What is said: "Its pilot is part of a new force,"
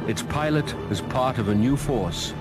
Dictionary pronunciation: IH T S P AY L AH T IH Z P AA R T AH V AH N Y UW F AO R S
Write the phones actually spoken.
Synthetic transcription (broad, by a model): IH T S P AY L AH T IH Z P AA R T AH V AH N Y UW F AO R S